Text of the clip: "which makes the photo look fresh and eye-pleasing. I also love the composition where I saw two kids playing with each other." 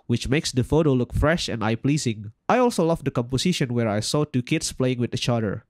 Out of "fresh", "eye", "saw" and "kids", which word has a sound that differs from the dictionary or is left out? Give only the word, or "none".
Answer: kids